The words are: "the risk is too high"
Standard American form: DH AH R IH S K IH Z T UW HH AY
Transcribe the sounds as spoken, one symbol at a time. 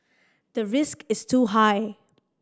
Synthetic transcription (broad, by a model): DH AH R IH S K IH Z T UW HH AY